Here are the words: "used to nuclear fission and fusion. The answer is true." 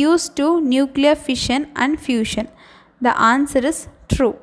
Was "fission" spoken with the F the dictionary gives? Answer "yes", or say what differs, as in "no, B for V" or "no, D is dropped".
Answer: yes